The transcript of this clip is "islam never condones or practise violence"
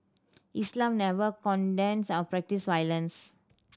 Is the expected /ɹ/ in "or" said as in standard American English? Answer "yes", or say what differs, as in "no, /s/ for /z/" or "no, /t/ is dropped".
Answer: no, /w/ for /ɹ/